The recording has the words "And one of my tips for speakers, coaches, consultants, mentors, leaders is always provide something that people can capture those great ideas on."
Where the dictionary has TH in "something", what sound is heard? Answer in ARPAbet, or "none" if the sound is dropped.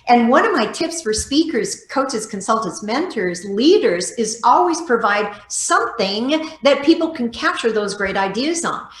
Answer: TH